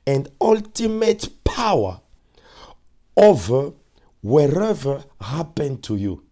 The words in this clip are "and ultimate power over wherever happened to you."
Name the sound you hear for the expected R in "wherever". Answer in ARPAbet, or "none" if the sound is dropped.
R